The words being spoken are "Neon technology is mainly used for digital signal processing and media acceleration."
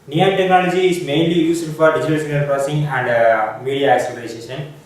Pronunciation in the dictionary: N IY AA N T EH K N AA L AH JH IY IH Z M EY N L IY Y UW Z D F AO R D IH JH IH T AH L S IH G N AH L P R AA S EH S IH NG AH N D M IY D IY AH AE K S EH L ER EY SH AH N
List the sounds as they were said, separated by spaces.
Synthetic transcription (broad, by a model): N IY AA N T EH K N AA L AH JH IY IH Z M EY N L IY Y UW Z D F AO R D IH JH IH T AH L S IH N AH N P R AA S S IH NG AH N D M IY D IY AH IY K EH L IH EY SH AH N